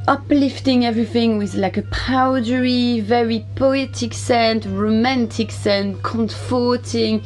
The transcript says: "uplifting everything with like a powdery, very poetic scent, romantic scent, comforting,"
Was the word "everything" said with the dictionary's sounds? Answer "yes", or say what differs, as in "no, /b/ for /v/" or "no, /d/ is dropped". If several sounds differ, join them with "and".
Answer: yes